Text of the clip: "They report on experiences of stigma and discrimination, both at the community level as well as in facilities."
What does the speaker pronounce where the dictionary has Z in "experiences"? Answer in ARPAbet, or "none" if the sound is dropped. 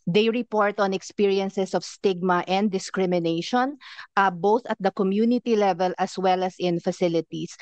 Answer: S